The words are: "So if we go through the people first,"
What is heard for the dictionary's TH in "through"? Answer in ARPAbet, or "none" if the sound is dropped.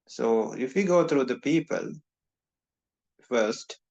T